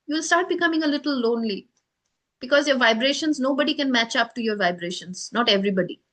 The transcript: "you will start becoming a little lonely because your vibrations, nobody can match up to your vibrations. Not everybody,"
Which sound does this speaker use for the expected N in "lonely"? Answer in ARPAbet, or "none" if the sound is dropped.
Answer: N